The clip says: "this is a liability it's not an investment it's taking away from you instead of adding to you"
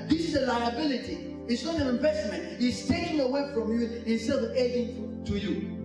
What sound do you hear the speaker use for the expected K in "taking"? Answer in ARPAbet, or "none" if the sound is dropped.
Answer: none